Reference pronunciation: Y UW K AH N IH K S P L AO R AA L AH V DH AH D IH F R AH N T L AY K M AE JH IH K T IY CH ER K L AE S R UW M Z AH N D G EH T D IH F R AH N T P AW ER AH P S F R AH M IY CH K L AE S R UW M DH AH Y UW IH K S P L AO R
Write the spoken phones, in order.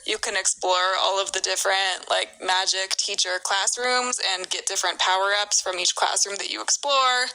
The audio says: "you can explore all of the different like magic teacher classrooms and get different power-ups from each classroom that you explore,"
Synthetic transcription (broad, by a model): Y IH K AH N IH K S P L AO R AA L AH V DH AH D IH F R AH N T L AY K M AE JH IH K T IY CH ER K L AE S R UW M Z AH N G EH T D IH F R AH N P AW ER AH P S F R AH M IY CH K L AE S R UW M DH AH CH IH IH K S P L AO R